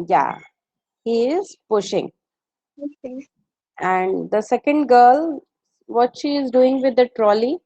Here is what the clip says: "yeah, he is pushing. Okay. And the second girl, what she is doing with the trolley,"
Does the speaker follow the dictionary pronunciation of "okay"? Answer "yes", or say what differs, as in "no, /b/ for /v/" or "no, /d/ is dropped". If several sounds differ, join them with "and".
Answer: no, /k/ is dropped